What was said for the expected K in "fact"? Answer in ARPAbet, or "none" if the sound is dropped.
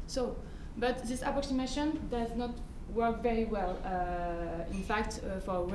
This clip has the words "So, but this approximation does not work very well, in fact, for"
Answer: K